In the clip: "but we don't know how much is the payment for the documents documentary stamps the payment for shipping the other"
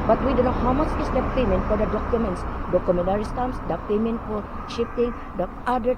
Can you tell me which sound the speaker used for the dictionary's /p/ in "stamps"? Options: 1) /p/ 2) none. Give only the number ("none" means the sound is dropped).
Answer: 2